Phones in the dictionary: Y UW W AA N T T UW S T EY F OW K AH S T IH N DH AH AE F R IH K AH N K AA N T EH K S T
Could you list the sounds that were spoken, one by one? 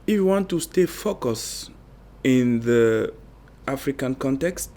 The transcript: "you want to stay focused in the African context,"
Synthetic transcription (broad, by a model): Y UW W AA N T T UW S T EY F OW K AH S IH N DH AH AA F R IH K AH N K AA N T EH K S T